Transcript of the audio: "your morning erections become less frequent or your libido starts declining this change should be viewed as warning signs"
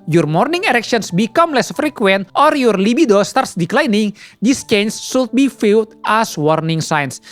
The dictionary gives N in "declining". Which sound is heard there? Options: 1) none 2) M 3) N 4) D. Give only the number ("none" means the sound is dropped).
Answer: 3